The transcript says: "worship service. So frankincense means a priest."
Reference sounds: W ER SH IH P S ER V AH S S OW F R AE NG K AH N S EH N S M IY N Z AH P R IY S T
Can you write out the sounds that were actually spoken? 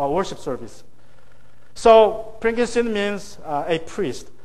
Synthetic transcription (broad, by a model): W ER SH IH P S ER V AH S S OW P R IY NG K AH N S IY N M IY N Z AH P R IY S T